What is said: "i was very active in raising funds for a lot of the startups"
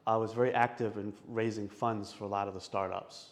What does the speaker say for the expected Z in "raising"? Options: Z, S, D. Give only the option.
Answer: Z